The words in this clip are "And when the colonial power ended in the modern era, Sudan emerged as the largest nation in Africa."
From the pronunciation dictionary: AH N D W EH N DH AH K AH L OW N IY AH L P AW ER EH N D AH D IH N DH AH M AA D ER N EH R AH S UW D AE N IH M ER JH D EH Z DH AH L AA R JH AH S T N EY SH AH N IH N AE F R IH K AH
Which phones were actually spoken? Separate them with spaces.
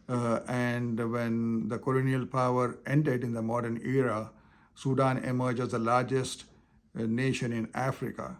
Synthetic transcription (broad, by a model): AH N D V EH N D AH K AH L OW N IY AH L P AW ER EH N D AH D IH N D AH M AA D ER N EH R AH S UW D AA N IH M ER JH IH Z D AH L AA R JH AH S T N EY SH AH N IH N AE F R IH K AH